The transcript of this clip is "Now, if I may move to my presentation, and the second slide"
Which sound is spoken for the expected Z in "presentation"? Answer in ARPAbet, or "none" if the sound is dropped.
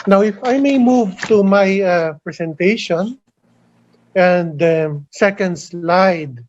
S